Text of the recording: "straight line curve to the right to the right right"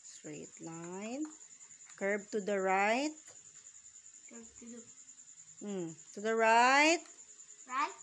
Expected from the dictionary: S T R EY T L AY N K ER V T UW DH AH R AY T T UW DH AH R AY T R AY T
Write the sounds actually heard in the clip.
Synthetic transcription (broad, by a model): S T R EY T L AY N K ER B T UW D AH R AY T T UW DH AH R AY R AY T